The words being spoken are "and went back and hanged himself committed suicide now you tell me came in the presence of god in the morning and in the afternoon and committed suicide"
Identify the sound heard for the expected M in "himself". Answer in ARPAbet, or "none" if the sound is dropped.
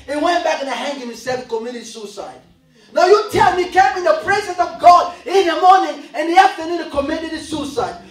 none